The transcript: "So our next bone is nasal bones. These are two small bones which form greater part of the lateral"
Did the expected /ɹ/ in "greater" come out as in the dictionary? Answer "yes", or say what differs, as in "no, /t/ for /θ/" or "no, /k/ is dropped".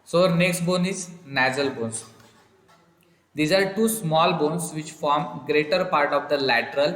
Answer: yes